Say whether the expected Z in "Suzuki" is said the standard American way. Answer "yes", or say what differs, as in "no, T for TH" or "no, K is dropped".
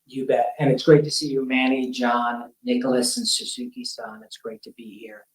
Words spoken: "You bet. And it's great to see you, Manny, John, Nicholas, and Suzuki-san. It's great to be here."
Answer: no, S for Z